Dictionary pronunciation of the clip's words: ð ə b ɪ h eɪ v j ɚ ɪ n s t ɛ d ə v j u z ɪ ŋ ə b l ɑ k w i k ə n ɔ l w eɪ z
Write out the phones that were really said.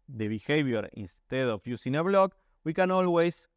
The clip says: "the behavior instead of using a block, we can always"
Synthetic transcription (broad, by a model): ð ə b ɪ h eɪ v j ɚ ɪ n s t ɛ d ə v j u s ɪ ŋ ə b l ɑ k w i k ə n ɔ l w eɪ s